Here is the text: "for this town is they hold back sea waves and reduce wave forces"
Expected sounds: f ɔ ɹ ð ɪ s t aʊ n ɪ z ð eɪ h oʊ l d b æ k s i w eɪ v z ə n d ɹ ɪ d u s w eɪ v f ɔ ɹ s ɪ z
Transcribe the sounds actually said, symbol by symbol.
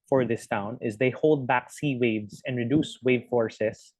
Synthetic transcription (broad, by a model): f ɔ ɹ ð ɪ s t aʊ n ɪ z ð eɪ h oʊ l d b æ k s i w eɪ v z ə n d ɹ ɪ d u s w eɪ v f ɔ ɹ s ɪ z